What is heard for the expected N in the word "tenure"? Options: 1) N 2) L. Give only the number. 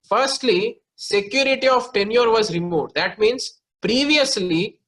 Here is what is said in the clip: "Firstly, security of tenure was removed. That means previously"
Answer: 1